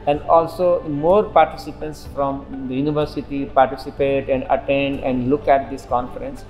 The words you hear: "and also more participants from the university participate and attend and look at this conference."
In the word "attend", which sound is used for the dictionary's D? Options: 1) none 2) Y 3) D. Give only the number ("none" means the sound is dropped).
3